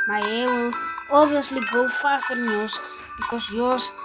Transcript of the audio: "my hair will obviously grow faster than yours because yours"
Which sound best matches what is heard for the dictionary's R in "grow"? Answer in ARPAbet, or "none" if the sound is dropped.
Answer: none